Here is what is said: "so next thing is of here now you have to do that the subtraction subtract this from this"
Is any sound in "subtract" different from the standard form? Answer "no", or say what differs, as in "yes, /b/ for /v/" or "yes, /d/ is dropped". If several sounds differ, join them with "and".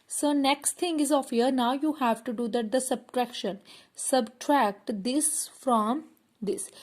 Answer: no